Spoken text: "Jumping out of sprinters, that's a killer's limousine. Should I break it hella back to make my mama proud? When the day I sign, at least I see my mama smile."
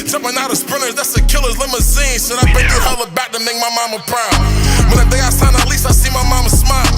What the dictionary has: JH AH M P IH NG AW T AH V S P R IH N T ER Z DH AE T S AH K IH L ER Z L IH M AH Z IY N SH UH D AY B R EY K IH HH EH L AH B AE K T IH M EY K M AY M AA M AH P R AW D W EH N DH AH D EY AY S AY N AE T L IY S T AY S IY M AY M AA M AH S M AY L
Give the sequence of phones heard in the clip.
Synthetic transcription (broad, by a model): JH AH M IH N AW T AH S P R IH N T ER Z DH AE T S AH K IH L ER Z L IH M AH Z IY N S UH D AY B EY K IH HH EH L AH B AE K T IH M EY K M AY M AA M AH P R AW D W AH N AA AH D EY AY S AY N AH T L IY S T AY S IY M AY M AA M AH S M AY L